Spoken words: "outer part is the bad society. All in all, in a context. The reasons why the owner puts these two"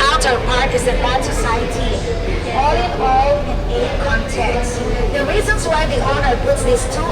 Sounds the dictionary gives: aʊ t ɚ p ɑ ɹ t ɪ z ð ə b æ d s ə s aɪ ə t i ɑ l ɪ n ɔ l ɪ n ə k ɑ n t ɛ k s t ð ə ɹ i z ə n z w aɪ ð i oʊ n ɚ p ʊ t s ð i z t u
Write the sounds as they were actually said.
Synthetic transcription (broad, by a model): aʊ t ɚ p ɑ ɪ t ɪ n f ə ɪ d s ə s aɪ ə t i ɑ l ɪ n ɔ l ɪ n ə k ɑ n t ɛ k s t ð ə ɹ i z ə n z w aɪ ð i oʊ n ɚ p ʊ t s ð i s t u